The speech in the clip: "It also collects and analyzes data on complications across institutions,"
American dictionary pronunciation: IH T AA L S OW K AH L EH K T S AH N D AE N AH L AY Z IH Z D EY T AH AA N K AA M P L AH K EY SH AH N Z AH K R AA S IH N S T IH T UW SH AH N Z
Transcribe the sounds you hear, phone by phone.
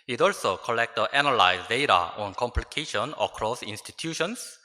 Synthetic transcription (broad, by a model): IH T AA L S OW K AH L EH K T AH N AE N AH L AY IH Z D EY T AH AA N K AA M P L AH K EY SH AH N AH K R AA S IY N S T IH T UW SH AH N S